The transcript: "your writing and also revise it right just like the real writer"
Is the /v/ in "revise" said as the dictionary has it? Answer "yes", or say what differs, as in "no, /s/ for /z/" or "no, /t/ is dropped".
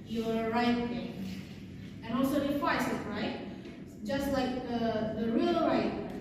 no, /w/ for /v/